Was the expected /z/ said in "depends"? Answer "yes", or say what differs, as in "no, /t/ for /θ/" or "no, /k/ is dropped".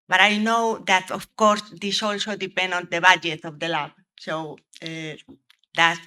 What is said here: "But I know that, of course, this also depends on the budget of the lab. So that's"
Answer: no, /z/ is dropped